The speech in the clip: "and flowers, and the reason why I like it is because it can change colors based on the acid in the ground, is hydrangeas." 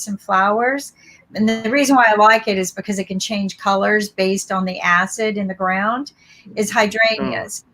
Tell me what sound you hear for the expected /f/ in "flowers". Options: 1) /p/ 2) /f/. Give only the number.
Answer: 2